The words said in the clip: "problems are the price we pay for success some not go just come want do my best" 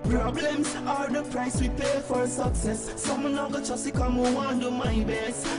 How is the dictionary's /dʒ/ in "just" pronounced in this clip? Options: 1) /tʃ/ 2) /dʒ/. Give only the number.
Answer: 1